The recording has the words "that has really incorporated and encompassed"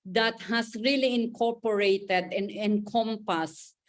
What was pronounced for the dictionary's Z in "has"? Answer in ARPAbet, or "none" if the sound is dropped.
S